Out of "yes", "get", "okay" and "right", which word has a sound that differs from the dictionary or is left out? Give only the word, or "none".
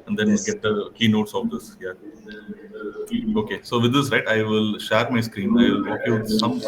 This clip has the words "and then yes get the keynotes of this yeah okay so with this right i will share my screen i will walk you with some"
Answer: yes